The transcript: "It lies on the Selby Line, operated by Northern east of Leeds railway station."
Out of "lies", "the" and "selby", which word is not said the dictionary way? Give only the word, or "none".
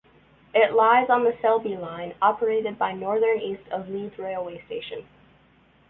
none